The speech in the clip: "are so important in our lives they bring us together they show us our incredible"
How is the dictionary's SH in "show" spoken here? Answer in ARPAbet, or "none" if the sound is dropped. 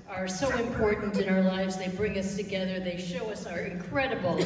SH